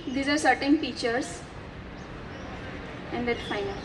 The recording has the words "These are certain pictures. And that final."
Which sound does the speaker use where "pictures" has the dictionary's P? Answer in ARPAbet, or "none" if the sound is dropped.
F